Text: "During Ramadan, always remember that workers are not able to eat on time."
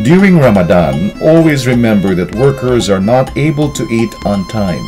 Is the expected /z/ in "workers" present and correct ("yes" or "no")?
yes